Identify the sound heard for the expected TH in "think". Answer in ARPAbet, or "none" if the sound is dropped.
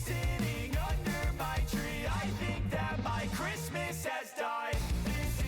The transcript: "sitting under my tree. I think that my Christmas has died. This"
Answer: TH